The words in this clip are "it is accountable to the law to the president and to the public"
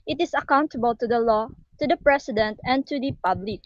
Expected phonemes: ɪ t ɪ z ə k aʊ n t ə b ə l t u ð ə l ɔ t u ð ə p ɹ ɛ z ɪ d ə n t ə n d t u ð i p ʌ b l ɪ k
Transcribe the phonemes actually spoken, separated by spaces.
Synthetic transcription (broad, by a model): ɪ t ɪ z ə k aʊ n t ə b ə l t u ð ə l ɔ t u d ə p ɹ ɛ s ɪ d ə n t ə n t u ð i p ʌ b l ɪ k